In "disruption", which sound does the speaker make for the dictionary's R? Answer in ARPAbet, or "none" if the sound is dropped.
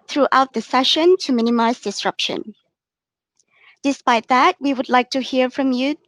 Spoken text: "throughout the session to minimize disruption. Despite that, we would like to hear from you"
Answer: R